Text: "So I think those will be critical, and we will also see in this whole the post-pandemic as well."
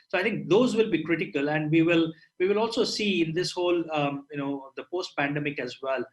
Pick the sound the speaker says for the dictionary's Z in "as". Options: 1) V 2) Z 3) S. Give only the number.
2